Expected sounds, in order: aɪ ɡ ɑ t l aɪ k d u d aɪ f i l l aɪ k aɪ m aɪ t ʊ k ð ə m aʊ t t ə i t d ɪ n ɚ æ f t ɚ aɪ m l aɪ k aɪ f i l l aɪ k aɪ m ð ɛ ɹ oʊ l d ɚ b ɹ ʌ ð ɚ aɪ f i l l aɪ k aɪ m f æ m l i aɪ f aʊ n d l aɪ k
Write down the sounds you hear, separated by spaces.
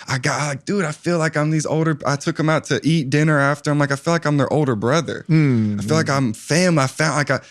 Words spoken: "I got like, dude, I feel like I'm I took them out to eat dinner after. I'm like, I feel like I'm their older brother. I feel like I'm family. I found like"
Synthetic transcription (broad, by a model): aɪ ɡ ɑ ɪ l aɪ k d u d aɪ f i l l aɪ k aɪ m aɪ t ʊ k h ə m aʊ t t i t d ɪ n ɚ æ f t ɚ aɪ m l aɪ k aɪ f i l l aɪ k aɪ m ð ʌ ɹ oʊ l d ɚ b ɹ ʌ ð ɚ aɪ f i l l aɪ k aɪ m f æ m l i aɪ f aʊ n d l aɪ k